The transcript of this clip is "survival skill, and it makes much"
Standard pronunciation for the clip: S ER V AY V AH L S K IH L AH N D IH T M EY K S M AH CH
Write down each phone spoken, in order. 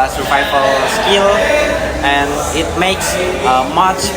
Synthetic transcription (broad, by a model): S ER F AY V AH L S K IH L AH N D IH T M EY K S M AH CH